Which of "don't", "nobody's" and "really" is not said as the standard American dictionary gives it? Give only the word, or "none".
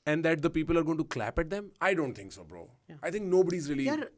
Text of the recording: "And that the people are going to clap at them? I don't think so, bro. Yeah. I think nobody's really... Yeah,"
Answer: really